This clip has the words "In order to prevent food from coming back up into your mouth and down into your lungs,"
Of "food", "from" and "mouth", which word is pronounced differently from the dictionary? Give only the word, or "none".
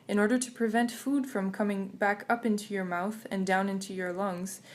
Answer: none